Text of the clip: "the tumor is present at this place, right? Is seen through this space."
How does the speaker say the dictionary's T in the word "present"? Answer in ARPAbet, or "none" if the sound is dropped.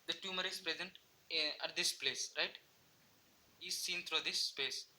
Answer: T